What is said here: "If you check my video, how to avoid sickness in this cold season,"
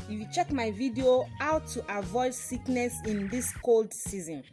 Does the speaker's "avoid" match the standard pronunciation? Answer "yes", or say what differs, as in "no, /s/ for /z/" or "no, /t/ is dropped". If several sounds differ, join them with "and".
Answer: yes